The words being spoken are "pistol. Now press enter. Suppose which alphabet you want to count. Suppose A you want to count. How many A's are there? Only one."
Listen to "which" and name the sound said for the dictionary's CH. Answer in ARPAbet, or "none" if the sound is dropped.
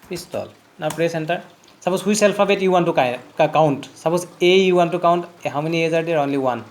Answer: S